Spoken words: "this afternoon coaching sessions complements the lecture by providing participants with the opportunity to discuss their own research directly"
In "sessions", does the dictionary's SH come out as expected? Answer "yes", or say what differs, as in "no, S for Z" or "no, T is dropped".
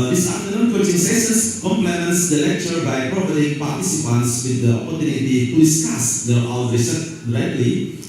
no, S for SH